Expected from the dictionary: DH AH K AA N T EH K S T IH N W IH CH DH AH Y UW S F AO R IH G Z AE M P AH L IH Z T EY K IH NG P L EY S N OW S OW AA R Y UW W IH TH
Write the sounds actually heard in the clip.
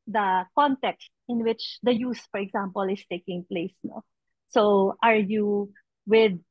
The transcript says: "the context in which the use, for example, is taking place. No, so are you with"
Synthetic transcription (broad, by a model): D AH K AA N T EH K S T IH N W IH CH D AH Y UW S F AO R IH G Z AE M P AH L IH S T EY K IH NG P L EY S N OW S OW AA R Y UW W IH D